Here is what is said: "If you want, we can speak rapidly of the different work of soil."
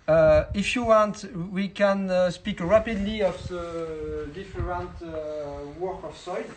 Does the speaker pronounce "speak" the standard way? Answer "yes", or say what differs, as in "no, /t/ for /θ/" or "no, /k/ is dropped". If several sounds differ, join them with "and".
yes